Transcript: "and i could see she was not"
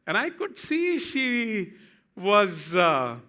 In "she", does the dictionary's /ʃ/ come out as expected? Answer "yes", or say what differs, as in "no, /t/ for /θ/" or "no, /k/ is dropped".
yes